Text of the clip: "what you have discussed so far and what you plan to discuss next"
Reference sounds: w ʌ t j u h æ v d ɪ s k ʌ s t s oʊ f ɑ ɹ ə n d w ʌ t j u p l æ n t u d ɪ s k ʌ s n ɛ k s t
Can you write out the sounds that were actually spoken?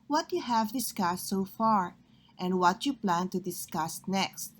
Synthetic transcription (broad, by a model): w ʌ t j u h æ v d ɪ s k ʌ s t s oʊ f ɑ ɹ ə n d w ʌ t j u p l æ n t u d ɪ s k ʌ s n ɛ k s t